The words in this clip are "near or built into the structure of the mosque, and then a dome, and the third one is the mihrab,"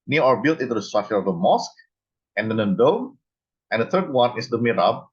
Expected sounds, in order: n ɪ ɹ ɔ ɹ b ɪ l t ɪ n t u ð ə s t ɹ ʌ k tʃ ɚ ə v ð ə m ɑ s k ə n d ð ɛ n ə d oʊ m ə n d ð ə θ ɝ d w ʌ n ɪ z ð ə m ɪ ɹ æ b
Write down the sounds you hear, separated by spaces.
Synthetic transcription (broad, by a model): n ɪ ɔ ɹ b ɪ l t ɪ n t u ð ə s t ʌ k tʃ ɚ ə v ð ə m ɑ s k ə n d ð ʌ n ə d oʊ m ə n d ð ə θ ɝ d w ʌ n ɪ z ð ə m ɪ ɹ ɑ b